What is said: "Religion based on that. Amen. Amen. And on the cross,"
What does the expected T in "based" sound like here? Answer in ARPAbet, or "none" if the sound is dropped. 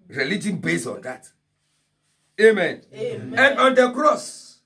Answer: none